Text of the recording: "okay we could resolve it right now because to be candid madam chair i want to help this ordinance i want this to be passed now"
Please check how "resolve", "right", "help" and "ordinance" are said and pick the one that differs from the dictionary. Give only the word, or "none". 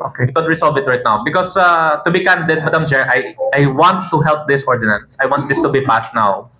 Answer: resolve